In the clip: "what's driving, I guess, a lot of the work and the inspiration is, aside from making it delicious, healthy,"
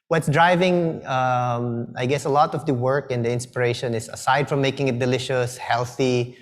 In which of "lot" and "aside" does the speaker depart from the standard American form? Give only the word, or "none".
none